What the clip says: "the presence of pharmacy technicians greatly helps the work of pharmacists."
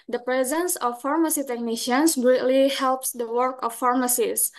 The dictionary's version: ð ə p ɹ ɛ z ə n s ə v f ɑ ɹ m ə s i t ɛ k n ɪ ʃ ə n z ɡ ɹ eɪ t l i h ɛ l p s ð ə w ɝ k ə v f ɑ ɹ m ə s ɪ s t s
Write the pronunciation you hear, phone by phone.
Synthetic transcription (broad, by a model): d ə p ɹ ɛ z ə n s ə f ɑ ɹ m ə s i t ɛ k n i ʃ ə n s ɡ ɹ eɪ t l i h ɛ l p s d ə w ɝ k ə f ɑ ɹ m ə s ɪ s s